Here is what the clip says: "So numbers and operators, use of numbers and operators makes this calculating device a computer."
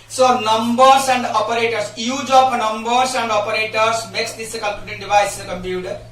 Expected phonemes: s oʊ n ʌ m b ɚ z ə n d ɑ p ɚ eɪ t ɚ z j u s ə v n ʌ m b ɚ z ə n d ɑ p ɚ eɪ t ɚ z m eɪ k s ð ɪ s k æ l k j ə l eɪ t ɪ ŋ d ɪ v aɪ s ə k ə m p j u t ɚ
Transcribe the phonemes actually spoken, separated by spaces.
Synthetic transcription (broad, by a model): s oʊ n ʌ m b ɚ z ə n d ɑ p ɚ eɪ t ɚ s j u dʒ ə p n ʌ m b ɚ s ə n d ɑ p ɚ eɪ t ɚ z m eɪ k s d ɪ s k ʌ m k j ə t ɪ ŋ d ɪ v aɪ s ə k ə m p j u t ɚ